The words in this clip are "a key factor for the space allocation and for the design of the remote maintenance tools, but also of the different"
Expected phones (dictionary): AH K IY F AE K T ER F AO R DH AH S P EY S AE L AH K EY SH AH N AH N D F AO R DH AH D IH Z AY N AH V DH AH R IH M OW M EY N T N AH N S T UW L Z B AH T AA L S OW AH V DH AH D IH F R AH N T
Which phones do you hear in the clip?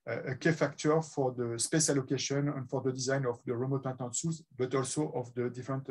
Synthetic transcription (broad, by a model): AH K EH F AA K T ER F AO R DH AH S P EY S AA L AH K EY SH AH N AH N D F AO R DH AH D IH Z AY N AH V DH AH R IH M OW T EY T AH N S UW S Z B AH T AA L S OW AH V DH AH D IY F R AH N T